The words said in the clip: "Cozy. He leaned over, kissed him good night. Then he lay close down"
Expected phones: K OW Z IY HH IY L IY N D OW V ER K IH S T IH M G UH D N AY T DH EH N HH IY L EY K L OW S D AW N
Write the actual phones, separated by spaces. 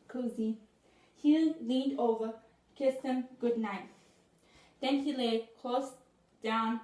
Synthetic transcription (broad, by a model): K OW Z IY HH IY L IY N D OW V ER K IH S T IH M G UH D N AY T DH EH N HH IY L EY K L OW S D AW N